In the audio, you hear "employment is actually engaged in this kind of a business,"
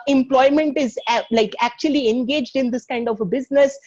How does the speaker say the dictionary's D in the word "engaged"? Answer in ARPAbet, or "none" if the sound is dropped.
D